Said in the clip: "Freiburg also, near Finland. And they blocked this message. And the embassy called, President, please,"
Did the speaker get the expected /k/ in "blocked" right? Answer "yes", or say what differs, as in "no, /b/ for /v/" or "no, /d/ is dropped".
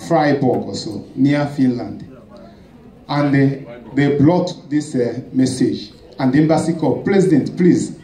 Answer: no, /k/ is dropped